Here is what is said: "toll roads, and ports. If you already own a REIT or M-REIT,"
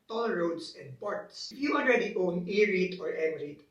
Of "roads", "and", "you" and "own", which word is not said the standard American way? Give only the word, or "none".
roads